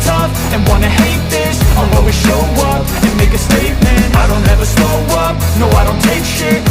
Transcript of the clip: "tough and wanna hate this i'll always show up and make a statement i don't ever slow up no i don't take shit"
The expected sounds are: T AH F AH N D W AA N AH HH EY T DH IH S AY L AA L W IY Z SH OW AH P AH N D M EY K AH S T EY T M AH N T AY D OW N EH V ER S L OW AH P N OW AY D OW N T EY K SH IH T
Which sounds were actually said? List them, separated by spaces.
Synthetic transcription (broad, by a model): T AH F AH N W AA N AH HH EY T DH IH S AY W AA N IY SH OW AH P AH N M EY K AH S T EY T M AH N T AY D OW N EH V ER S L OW AH P N OW AY D OW N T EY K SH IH